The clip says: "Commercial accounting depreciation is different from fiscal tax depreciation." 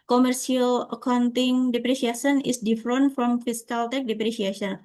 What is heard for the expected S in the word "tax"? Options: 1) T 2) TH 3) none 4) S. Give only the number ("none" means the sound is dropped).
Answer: 3